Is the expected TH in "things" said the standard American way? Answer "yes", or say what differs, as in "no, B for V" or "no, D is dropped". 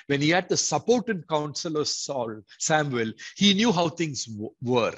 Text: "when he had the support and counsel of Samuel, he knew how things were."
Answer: no, T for TH